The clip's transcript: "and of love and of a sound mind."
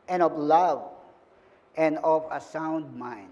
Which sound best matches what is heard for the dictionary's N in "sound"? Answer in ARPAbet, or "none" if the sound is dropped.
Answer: N